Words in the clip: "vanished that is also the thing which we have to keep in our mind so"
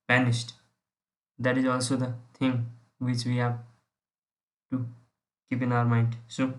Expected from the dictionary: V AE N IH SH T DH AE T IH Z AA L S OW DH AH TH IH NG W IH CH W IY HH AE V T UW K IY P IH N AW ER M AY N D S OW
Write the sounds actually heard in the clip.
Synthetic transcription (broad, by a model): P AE N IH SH T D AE T IH Z AA L S OW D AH T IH NG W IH CH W IY HH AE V T UW K IY P IH N AW ER M AY N D S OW